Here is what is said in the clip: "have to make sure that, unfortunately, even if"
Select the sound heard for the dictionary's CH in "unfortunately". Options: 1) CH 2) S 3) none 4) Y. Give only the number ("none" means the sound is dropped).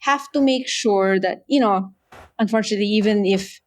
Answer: 1